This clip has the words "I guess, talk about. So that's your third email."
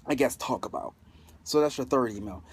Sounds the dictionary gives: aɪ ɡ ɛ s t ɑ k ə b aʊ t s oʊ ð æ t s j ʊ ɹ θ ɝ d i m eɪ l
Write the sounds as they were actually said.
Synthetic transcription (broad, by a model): aɪ ɡ ɛ s t ɑ k ə b aʊ t s oʊ ð æ t s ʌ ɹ θ ɝ d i m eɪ l